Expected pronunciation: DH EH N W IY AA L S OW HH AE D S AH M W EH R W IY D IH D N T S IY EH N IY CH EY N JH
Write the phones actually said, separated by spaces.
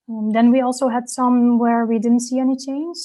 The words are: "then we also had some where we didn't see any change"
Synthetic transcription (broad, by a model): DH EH N W IY AA L S OW HH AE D S AH M W EH R W IY D IH D N T S IY EH N IY CH EY N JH